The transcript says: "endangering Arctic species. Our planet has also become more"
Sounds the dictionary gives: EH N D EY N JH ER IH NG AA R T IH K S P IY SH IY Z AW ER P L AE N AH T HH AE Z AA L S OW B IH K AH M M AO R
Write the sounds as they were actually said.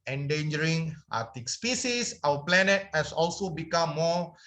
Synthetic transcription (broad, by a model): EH N D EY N JH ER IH NG AA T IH K S P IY S IY S AW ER P L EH N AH T HH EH S AA L S OW B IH K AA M M AO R